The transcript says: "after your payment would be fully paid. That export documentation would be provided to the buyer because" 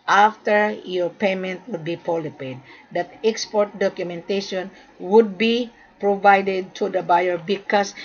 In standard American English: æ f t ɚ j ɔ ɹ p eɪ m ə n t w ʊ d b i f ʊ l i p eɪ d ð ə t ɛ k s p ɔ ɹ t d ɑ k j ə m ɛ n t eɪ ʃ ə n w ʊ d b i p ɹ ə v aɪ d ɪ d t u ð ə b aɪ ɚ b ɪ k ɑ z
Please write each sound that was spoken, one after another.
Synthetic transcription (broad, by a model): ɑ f t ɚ j ɔ ɹ p eɪ m ə n t w ʊ d b i p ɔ l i p eɪ d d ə t ɛ k s p ɔ ɹ t d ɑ k j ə m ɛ n t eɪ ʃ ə n w ʊ d b i p ɹ ə v aɪ d ɪ d t u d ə b aɪ ɚ b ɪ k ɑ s